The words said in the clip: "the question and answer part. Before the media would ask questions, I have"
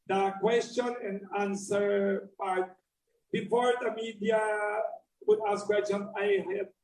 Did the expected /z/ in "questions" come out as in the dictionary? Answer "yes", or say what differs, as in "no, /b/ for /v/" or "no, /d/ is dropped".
no, /z/ is dropped